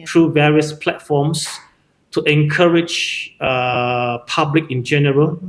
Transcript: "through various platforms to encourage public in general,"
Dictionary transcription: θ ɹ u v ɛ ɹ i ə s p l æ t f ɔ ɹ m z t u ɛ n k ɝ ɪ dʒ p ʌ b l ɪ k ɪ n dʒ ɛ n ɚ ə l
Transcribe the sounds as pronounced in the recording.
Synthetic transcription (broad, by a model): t ɹ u v ɛ ɹ i ə s p l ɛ t f ɔ m s t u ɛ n k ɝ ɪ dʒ p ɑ b l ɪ k ɪ n dʒ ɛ n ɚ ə l